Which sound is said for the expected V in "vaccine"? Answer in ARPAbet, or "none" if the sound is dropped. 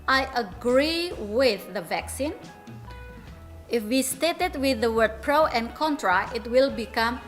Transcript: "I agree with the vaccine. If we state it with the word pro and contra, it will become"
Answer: V